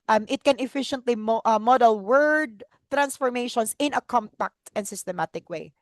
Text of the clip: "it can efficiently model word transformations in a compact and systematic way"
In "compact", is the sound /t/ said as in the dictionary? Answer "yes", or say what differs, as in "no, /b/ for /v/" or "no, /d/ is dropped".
yes